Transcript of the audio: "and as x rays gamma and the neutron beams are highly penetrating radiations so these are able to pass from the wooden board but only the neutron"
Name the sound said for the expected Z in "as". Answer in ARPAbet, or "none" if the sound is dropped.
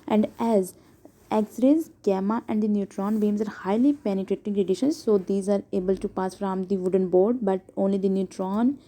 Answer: Z